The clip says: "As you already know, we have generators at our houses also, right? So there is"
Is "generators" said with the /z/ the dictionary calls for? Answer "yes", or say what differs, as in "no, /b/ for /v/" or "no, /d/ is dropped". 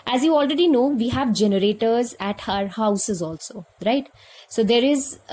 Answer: yes